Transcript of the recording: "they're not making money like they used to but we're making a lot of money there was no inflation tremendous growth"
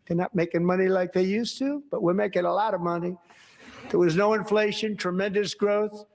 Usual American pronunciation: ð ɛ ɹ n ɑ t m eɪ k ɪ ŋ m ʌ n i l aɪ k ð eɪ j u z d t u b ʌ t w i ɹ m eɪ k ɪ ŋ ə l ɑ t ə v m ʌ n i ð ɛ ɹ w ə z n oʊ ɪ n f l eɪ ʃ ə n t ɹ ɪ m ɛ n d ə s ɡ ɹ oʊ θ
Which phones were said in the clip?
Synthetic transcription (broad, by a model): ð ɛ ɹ n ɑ t m eɪ k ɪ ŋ m ʌ n i l aɪ k ð eɪ j u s t u b ʌ t w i ɹ m eɪ k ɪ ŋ ə l ɑ t ə v m ʌ n i ð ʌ ɹ w ə z n oʊ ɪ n f l eɪ ʃ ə n t ɹ ɪ m ɛ n d ə s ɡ ɹ oʊ θ